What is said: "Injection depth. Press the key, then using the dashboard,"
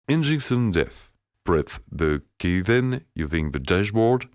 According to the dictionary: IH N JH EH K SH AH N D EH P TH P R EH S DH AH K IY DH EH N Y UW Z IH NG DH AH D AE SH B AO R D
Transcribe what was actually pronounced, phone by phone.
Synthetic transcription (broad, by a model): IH N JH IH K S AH N D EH TH B R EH TH DH AH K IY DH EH N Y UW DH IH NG DH AH D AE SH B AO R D